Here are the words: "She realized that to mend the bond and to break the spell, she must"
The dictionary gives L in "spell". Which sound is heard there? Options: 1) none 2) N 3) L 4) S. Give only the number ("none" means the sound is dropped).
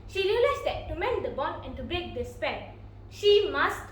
2